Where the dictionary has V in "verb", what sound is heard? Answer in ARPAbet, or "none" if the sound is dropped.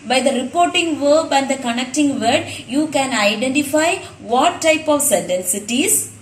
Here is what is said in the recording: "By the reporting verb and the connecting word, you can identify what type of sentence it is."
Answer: V